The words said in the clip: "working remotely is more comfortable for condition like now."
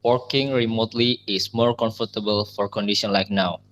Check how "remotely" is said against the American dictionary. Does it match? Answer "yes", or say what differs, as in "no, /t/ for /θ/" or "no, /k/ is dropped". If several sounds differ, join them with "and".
yes